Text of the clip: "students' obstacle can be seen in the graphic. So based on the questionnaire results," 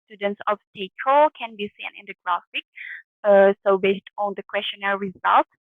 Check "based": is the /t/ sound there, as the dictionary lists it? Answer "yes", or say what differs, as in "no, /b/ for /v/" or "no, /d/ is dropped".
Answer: yes